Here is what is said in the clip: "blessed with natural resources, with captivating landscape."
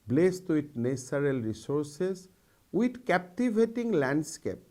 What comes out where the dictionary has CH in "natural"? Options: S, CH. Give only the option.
S